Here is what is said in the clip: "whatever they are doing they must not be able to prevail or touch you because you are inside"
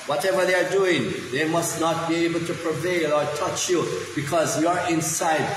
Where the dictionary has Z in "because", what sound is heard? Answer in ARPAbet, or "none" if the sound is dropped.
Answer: Z